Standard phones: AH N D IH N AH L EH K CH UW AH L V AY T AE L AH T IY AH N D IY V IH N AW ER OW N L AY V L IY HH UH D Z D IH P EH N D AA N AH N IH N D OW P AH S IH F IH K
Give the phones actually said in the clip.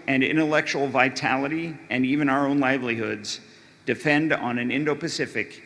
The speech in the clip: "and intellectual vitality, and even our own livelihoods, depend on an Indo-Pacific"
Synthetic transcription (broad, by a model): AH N IH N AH L EH K CH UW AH L V AY T AE L AH T IY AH N IY V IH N AW ER OW N L AY V L IY HH UH D Z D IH F EH N D N AH N IH N D OW P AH S IH F IH K